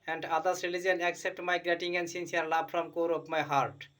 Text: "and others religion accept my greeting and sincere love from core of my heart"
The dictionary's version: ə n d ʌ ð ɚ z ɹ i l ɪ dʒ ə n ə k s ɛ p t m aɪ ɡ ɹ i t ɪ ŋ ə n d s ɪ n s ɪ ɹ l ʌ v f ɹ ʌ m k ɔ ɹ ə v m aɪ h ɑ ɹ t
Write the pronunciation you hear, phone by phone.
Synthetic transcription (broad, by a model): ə n d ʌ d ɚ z ɹ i l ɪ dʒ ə n ə k s ɛ p t m aɪ ɡ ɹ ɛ t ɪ ŋ ə n d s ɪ n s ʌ ɹ l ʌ b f ɹ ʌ m k ɔ ɹ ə p m aɪ h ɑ ɹ t